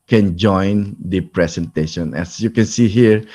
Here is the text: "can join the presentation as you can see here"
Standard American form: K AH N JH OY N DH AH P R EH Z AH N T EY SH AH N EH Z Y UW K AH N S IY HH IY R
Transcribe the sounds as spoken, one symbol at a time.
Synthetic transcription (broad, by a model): K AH N JH OY N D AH P R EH S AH N T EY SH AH N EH S Y UW K AH N S IY HH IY R